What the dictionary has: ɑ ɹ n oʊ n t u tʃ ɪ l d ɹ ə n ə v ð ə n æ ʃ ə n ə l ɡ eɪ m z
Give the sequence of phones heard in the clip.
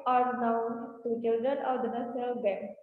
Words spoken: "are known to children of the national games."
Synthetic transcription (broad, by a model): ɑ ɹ n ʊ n t u tʃ ɪ l d ɹ ə n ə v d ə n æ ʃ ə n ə l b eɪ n